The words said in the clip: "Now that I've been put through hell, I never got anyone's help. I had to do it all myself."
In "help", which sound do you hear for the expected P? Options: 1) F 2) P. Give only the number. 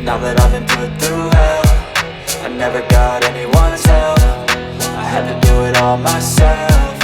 1